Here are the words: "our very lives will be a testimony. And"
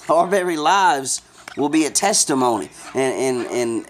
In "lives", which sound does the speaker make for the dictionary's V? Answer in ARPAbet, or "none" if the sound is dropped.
V